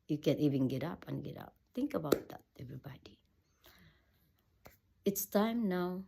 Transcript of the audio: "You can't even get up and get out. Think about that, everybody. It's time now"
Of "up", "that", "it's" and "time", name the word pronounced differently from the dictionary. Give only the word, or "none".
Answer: none